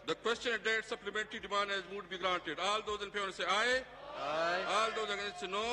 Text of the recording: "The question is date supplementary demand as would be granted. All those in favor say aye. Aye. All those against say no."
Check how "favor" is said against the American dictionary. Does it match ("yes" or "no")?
no